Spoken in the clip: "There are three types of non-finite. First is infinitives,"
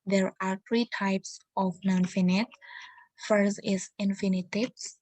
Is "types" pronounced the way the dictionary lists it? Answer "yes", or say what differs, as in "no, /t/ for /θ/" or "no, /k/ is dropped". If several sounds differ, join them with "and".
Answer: yes